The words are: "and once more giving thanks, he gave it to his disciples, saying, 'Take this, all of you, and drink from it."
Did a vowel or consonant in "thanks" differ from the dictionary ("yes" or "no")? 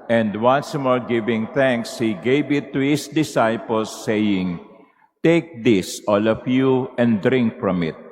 no